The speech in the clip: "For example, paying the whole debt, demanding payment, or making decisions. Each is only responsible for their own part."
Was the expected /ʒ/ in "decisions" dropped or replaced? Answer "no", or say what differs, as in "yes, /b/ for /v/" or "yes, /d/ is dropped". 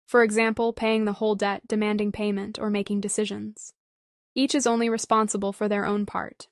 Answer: no